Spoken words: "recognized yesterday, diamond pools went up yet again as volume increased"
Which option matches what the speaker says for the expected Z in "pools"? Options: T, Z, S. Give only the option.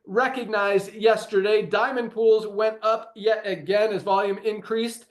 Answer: Z